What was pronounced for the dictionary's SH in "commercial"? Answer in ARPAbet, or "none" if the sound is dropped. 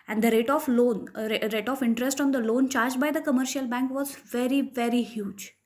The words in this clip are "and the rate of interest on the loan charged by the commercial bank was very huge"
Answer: SH